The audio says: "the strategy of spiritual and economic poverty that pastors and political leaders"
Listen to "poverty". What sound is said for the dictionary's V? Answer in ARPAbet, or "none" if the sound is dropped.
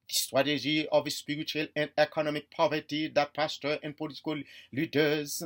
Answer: V